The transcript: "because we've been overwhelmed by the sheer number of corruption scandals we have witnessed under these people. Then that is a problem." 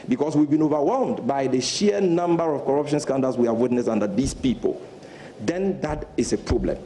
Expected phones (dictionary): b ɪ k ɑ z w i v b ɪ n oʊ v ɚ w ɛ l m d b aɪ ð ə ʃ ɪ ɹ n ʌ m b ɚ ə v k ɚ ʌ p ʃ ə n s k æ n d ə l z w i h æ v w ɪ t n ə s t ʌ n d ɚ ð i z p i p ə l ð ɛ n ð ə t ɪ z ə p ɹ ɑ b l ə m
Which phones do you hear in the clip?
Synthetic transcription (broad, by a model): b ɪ k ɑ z w i v b ɪ n oʊ v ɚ w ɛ l m d b aɪ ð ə ʃ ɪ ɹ n ʌ m b ɚ ə v k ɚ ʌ p ʃ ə n s k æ n d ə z w i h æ v w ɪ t n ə s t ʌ n d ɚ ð i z p i p ə l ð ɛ n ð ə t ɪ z ə p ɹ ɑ b l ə m